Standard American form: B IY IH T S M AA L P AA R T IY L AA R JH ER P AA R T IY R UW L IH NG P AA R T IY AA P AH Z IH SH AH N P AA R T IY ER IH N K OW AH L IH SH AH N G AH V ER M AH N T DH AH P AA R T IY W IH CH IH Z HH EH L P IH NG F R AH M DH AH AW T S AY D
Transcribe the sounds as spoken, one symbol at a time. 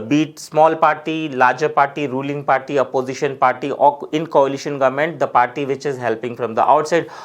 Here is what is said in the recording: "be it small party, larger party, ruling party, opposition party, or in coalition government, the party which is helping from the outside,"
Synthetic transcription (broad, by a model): B IY T S M AA L P AA R T IY L AA R JH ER P AA R T IY R UW L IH NG P AA R T IY AA P AH Z IH SH AH N P AA R T IY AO IH N K OW AH L IH SH AH N G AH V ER M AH N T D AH P AA R T IY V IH CH IH Z HH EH L P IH NG F R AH M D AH AW T S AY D